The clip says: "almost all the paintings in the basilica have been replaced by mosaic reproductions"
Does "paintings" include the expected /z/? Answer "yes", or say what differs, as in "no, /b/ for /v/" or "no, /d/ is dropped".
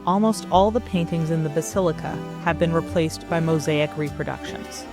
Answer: yes